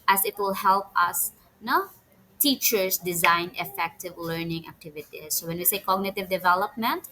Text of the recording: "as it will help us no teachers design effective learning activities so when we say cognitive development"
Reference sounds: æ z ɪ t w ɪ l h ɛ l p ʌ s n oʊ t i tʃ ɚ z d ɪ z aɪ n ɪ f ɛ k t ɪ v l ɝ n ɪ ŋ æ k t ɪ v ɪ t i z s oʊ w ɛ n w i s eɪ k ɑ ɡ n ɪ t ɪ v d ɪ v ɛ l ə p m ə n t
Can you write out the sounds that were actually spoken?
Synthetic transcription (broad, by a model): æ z ɪ t w ɪ l h ɛ l p ʌ s n oʊ t i tʃ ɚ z d ɪ z aɪ n ɪ f ɛ k t ɪ v l ɝ n ɪ ŋ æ k t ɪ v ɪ t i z s oʊ w ɛ n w i s eɪ k ɑ ɡ n ɪ t ɪ v d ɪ v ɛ l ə p m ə n t